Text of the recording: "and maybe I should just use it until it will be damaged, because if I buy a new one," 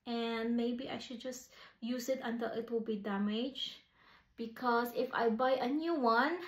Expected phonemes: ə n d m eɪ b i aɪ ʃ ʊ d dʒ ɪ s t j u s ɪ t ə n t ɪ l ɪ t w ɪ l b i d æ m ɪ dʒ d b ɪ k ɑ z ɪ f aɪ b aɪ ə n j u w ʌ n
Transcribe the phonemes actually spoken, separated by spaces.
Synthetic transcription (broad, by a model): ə n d m eɪ b i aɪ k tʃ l dʒ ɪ s j u s ɪ t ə n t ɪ l ɪ t w ɪ l b i d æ m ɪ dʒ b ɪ k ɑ s ɪ f aɪ b aɪ ə n j u w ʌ n